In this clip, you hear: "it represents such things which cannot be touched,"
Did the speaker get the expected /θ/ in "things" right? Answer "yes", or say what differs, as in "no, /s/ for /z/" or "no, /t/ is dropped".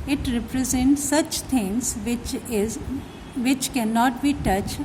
no, /t/ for /θ/